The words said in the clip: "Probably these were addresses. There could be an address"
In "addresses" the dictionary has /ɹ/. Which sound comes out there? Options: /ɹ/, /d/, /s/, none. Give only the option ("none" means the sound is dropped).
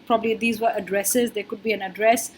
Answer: /ɹ/